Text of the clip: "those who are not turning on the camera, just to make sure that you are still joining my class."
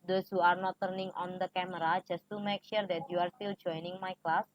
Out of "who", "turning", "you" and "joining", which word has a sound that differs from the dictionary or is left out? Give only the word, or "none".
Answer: none